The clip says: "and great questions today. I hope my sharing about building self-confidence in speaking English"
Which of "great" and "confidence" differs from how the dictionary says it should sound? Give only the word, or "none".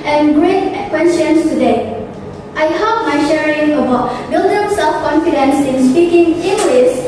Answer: none